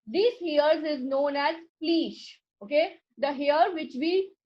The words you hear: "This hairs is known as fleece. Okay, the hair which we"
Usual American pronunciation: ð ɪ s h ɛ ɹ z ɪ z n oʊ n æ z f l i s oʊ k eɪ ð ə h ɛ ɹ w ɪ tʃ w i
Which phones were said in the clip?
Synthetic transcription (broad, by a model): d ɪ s h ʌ ɹ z ɪ z n oʊ n æ z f l i ʃ oʊ k eɪ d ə h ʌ ɹ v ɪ tʃ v i